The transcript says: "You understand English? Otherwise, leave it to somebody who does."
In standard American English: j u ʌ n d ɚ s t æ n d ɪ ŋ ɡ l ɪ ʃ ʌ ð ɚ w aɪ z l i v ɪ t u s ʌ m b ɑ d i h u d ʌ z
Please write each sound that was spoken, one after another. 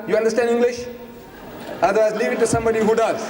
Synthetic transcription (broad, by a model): j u ʌ n d ɚ s t æ n d ɪ ŋ ɡ l ɪ ʃ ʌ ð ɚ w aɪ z l i v ɪ t u s ʌ m b ɑ d i h u d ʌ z